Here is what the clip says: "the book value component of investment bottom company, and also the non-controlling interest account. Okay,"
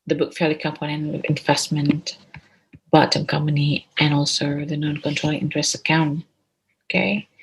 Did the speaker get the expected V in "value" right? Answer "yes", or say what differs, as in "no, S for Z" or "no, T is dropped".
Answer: no, F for V